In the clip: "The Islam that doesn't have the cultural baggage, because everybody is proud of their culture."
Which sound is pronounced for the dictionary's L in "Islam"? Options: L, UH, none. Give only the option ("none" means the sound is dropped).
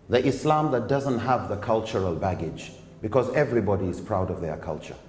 L